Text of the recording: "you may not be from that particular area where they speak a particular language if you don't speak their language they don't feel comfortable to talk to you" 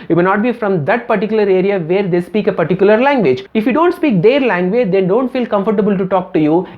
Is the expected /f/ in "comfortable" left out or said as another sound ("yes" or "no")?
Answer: no